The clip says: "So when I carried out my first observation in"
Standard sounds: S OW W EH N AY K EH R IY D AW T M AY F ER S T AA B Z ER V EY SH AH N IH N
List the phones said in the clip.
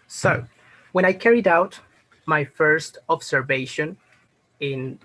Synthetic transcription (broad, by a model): S OW W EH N AY K EH R IY D AW T M AY F ER S T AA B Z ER V EY SH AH N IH N